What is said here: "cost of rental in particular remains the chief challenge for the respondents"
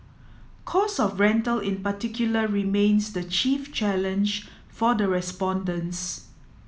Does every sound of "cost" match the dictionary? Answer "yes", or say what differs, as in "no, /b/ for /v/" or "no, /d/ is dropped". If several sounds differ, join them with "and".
no, /t/ is dropped